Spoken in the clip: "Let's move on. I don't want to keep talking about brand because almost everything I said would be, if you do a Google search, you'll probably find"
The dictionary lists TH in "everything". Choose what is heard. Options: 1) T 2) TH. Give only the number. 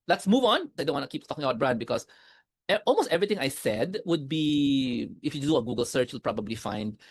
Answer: 1